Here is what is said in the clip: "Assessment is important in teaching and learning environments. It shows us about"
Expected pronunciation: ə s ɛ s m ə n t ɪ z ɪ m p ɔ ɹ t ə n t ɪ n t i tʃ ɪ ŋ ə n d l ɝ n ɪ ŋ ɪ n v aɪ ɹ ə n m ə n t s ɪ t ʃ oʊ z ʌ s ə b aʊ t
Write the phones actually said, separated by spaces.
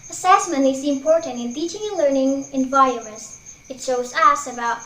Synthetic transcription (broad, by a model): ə s ɛ s m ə n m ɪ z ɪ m p ɔ ɹ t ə n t ɪ n t i tʃ ɪ ŋ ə n l ɝ n ɪ ŋ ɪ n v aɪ ə m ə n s ɪ t ʃ oʊ z ʌ s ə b aʊ t